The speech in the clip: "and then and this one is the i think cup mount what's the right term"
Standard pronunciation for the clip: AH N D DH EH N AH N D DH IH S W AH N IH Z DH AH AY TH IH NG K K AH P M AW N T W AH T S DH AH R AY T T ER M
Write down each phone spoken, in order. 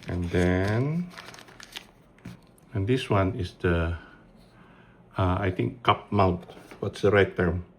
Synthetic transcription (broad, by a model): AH N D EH N AH N D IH S W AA N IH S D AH AY T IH NG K K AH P M AW N T W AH T S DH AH R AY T T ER M